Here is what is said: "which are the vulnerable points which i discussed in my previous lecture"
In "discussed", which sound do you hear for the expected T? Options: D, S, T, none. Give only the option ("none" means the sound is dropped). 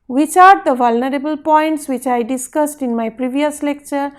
T